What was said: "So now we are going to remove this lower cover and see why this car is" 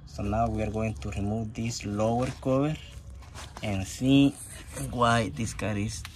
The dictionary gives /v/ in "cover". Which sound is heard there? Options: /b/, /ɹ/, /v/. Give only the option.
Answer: /b/